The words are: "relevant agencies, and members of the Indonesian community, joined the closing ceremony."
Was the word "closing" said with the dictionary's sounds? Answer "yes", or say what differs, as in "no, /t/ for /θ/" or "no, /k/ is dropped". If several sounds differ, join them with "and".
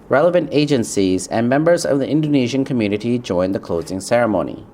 yes